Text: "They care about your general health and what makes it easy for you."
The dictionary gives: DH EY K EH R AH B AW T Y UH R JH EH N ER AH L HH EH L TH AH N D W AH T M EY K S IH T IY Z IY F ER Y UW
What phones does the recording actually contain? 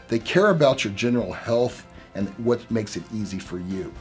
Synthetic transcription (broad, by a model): DH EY K EH R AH B AW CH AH R JH EH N ER L HH EH L TH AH N W AH T M EY K S IH T IY Z IY F ER Y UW